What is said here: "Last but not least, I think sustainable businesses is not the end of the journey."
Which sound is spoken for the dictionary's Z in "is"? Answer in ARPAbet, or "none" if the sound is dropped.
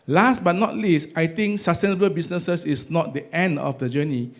S